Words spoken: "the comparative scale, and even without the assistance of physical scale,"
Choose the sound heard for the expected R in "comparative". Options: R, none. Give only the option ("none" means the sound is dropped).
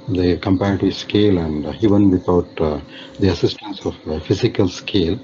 none